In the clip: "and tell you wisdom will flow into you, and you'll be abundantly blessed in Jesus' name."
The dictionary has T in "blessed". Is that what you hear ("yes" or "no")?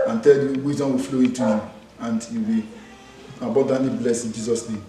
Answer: no